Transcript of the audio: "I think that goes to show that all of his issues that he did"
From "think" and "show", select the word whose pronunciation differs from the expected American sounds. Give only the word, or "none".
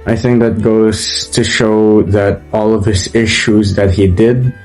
none